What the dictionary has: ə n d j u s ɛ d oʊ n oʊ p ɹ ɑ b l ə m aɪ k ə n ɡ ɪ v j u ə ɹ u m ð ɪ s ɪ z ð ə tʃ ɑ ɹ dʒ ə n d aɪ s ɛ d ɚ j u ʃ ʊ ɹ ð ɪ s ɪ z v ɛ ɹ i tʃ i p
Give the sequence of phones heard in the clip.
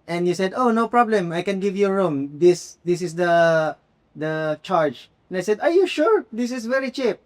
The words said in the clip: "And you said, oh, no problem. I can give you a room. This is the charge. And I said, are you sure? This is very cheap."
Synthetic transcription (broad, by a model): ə n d j u s ɛ d oʊ n oʊ p ɹ ɑ b l ə m aɪ k ə n ɡ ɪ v j u ɹ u m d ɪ s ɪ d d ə tʃ ɑ ɹ dʒ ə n aɪ s ɛ d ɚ j u ʃ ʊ ɹ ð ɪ s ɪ s v ɛ ɹ i tʃ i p